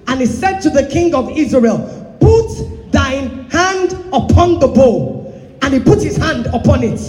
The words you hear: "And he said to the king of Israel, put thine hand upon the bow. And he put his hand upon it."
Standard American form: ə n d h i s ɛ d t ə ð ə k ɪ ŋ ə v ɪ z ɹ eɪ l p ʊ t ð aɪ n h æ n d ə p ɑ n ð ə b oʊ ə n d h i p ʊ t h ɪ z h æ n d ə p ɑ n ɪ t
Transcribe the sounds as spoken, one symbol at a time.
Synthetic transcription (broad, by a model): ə n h i s ɛ d t ə ð ə k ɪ ŋ ə v ɪ z ɹ eɪ l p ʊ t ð aɪ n h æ n d ə p ɑ n ð ə b oʊ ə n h i p ʊ t h ɪ z h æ n d ə p ɑ n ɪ t